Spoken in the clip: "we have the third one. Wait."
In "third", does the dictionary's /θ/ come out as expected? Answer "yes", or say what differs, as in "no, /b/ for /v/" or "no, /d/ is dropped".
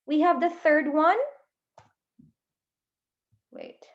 yes